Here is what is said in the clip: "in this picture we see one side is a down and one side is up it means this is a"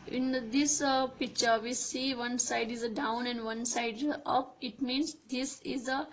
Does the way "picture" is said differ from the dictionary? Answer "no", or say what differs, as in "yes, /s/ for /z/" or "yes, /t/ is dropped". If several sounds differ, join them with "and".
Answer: no